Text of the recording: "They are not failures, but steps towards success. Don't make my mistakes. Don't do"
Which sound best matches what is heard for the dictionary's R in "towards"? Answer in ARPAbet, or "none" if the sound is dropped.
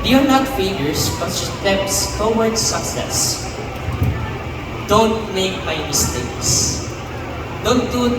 W